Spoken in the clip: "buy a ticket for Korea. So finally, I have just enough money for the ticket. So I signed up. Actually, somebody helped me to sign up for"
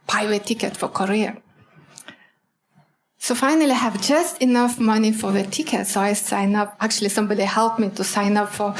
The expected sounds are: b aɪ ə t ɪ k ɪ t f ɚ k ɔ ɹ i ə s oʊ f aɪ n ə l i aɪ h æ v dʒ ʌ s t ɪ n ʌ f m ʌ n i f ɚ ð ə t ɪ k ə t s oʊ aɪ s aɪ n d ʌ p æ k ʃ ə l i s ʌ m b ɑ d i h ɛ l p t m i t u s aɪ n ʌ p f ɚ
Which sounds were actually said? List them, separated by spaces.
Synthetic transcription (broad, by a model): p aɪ ə t ɪ k ɪ t f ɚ k ɔ ɹ i ə s oʊ f aɪ n ə l i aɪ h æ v dʒ ʌ s t ɪ n ʌ f m ʌ n i f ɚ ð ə t ɪ k ə t s oʊ aɪ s aɪ n ʌ p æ k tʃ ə l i s ʌ m b ɑ d i h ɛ l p m i t u s aɪ n ʌ p f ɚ